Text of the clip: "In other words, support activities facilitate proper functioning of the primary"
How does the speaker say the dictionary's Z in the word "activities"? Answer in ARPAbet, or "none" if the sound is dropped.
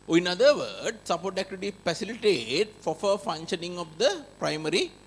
none